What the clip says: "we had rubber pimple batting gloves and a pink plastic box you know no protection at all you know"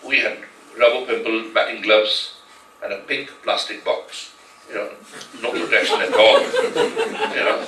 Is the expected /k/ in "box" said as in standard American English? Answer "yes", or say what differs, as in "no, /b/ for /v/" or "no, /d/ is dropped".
yes